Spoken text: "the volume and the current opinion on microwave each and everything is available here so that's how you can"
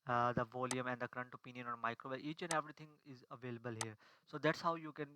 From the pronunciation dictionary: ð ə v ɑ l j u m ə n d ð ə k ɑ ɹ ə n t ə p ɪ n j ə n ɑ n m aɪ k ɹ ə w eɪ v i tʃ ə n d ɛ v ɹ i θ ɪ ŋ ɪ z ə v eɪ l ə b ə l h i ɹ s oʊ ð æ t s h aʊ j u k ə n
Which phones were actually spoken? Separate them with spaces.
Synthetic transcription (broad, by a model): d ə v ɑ l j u m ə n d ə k ɹ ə n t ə p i n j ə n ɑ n m aɪ k ɹ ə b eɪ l i tʃ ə n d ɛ v ɹ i t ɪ ŋ ɪ z ə v eɪ l ə b ə l h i ɹ s oʊ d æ t s h aʊ j u k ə n